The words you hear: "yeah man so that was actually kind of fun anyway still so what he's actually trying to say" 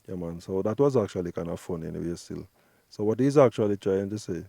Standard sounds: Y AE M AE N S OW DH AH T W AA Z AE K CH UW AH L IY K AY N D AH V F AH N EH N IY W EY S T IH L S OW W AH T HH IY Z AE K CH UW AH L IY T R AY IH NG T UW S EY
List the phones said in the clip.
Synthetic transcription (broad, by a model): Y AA M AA N S OW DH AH T W AA Z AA K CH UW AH L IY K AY N AH F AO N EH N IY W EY S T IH L S OW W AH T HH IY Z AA K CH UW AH L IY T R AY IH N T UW S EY